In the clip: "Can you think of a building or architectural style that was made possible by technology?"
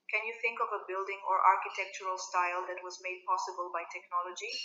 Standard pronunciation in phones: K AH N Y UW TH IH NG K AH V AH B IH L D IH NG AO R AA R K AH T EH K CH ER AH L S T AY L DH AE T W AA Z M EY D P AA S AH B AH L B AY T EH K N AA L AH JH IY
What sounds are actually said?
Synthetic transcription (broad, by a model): K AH N Y UW TH IH NG K AH V AH B IH L D IH NG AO R AA R K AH T EH K CH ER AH L S T AY L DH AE T W AA Z M EY D P AA S AH B AH L B AY T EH K N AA L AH JH IY